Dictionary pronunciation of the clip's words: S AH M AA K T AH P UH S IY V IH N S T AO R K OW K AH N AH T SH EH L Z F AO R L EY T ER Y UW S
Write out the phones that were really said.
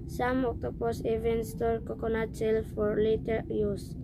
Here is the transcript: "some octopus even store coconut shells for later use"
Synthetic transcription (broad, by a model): S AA M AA K T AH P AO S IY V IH N S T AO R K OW K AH N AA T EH L F AO R L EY T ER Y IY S